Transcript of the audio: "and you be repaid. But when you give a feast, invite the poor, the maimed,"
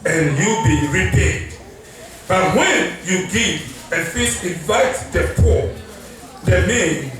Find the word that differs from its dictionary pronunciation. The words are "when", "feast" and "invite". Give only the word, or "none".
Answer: feast